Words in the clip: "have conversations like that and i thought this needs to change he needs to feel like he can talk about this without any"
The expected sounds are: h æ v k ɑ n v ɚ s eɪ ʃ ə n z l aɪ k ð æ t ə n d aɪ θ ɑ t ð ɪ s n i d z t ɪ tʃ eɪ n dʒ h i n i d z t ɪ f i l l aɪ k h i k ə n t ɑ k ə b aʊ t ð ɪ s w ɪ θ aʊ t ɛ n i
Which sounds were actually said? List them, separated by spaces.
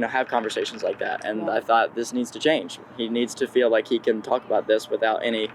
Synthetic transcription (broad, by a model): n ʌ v k ɑ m v ɚ s eɪ ʃ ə n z l aɪ k ð æ t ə n aɪ θ ɑ t ð ɪ s n i d z t ɪ tʃ eɪ n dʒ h i n i d z t ɪ f i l l aɪ k h i k ə n t ɑ k ə b aʊ t ð ɪ s w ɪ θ aʊ t ɛ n i